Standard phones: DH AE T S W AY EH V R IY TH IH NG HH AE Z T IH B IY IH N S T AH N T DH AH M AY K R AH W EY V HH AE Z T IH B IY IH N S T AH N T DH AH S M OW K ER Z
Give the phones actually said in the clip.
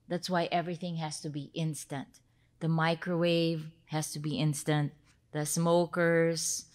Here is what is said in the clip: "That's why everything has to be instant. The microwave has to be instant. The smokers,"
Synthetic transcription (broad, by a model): DH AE T S W AY EH V R IY TH IH NG HH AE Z T IH B IY IH N S T AH N T DH AH M AY K R AH W EY V HH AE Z T IH B IY IH N S T AH N T DH AH S M OW K ER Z